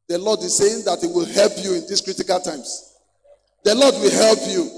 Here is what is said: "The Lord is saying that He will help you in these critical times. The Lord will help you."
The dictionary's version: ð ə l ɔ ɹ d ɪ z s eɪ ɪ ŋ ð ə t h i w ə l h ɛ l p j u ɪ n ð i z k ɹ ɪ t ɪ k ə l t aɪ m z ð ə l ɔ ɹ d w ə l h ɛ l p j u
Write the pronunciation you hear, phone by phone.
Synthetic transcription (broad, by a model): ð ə l ɔ d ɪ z s eɪ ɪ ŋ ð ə t h i w ə l h ɛ l p j u ɪ n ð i s k ɹ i t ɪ k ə l t aɪ m s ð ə l ɔ d w ə l h ɛ l p j u